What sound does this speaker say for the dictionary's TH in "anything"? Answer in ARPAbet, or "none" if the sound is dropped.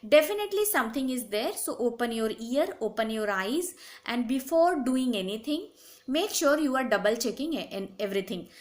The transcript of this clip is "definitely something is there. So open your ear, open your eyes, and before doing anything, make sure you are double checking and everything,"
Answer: T